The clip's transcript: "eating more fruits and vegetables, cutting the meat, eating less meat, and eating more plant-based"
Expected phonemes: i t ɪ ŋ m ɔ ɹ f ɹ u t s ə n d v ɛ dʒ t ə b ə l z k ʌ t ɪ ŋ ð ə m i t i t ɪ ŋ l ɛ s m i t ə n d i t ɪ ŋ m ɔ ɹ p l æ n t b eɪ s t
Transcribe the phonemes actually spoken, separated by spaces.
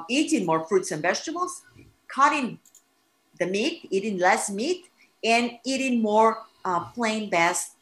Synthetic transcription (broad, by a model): i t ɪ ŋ m ɔ ɹ f ɹ u t s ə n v ɛ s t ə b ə l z k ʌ t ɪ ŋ ð ə m i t i t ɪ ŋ l ɛ s m i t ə n i t ɪ ŋ m ɔ ɹ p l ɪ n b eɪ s